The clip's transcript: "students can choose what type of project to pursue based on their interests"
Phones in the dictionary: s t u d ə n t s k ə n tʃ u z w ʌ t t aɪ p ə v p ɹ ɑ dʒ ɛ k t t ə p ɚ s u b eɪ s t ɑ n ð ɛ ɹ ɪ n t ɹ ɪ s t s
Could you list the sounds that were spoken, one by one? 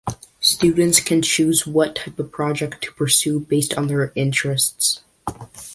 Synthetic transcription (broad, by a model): s t u d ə n t s k ə n tʃ u z w ʌ t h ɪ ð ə p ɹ ɑ dʒ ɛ k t t ə p ɚ s u b eɪ s t n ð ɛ ɹ ɪ n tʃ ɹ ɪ s t s